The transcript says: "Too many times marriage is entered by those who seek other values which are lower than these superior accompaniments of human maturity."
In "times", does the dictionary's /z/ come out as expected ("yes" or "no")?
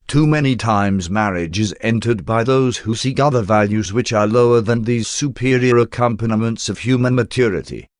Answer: yes